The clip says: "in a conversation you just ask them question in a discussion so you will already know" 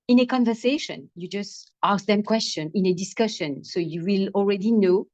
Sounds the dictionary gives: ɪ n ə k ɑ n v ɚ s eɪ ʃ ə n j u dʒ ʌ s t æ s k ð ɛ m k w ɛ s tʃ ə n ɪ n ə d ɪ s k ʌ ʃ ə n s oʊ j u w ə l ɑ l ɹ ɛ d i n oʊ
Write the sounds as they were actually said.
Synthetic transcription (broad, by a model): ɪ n ə k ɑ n v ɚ s eɪ ʃ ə n j u dʒ ʌ s t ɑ s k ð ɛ m k w ɛ s tʃ ə n ɪ n ə d ɪ s k ʌ ʃ ə n s oʊ j u w ə l ɑ l ɹ ɛ d i n oʊ